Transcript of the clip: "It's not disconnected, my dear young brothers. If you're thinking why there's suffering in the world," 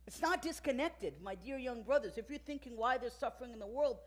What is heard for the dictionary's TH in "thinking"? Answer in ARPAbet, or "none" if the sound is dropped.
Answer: TH